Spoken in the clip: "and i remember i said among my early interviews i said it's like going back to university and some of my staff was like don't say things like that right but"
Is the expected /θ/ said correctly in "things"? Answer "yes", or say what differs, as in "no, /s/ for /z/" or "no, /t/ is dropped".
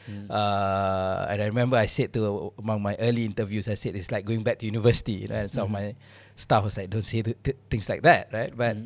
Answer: no, /t/ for /θ/